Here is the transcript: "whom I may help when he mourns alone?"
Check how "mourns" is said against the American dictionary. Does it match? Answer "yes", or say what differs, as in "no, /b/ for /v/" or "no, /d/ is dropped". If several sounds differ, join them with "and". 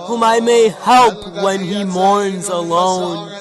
yes